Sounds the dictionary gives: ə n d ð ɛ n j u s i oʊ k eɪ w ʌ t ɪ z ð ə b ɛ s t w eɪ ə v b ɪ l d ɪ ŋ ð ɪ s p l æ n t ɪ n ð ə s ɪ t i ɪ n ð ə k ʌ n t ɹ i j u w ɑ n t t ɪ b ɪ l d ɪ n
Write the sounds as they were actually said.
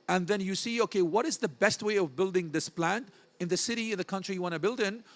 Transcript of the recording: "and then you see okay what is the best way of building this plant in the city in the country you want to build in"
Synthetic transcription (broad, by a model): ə n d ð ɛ n j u s i oʊ k eɪ w ʌ t ɪ z ð ə b ɛ s t w eɪ ə v b ɪ l d ɪ ŋ ð ɪ s p l æ n t ɪ n ð ə s ɪ t i ɪ n ð ə k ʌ n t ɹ i j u w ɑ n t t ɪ b ɪ l d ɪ n